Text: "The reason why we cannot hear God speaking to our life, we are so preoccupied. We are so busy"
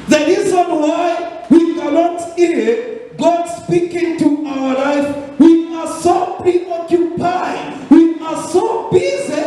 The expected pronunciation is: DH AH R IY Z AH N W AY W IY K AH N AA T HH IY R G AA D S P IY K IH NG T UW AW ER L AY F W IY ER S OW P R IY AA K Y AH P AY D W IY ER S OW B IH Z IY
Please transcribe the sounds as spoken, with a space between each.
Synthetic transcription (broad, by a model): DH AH R IY Z AH N W AY W IY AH L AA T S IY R G AA D S P IY K IH NG T UW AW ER L AY F W IY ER S OW P R IY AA K Y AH P AY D W IY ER S OW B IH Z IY